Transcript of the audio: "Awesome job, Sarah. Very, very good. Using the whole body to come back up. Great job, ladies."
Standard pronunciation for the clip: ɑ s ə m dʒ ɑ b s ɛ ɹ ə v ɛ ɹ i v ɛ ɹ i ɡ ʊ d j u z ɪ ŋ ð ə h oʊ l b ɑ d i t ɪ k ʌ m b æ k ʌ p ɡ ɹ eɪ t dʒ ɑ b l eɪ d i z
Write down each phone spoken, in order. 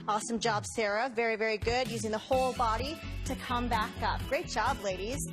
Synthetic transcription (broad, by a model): ɑ s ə m dʒ ɑ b s ɛ ɹ ə v ɛ ɹ i v ɛ ɹ i ɡ ʊ d j u z ɪ ŋ ð ə h oʊ l b ɑ d i t ɪ k ʌ m b æ k ʌ p ɡ ɹ eɪ t dʒ ɑ b l eɪ d i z